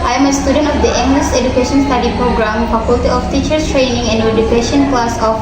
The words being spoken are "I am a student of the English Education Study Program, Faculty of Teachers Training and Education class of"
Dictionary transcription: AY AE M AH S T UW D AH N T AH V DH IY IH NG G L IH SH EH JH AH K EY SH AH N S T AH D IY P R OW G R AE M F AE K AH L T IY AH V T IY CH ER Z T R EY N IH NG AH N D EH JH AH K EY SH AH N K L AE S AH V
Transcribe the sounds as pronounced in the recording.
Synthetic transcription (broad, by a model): AY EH M AH S T UW D AH N T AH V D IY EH NG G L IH S EH JH AH K EY SH AH N S T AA D IY P R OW G R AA M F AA K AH L T IY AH F T IY CH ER S T R EY N IH NG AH N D EH JH AH K EY SH AH N K L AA S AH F